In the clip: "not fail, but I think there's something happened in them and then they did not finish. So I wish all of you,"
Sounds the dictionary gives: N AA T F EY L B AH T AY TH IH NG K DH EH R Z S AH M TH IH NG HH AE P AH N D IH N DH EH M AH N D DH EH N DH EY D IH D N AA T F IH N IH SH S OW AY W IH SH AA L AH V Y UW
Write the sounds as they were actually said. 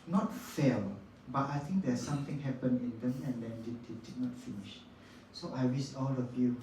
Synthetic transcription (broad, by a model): N AA T F EY L B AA T AY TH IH NG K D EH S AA M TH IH NG HH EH P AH N IH N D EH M AH N D EH N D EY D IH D N AA T F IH N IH SH S OW AY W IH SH AA L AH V Y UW